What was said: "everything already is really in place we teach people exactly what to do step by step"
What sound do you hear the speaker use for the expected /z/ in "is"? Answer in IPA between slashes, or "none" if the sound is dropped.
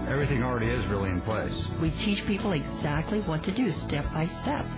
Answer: /z/